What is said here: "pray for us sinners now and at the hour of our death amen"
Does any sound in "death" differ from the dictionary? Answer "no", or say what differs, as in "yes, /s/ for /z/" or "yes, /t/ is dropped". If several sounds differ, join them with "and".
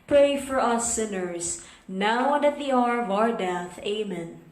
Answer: no